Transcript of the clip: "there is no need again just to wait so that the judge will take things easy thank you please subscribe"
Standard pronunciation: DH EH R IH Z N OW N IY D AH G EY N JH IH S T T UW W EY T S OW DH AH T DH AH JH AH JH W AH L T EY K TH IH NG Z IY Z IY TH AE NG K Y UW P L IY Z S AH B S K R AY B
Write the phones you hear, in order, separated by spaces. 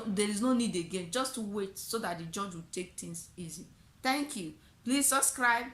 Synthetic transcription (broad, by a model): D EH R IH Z N OW N IY D AH G EY N JH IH S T T UW W EY T S OW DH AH T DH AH JH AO JH W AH T EY K T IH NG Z IY Z IY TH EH NG K Y UW P L IY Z S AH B S K R AY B